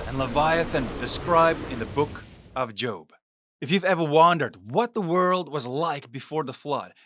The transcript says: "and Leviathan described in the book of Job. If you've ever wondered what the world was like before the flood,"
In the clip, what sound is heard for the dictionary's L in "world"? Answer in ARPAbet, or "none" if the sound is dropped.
L